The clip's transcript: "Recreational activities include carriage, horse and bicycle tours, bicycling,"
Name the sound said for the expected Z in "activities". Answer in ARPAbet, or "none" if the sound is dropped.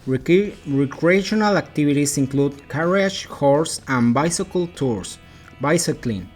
S